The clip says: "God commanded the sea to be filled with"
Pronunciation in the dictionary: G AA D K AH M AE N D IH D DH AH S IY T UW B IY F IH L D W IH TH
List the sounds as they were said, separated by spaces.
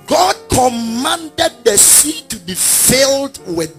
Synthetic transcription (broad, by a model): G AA D K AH M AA N D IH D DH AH S IY T UW B IY F IH L D W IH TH